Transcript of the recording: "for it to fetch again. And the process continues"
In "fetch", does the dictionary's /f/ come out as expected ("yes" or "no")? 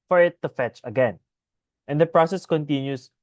yes